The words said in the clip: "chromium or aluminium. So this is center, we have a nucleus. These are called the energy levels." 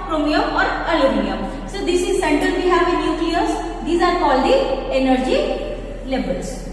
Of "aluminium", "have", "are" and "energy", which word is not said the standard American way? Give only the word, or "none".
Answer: aluminium